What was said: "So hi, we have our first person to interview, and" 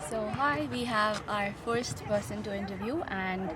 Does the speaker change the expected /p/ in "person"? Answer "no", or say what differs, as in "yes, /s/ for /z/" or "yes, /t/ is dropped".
yes, /b/ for /p/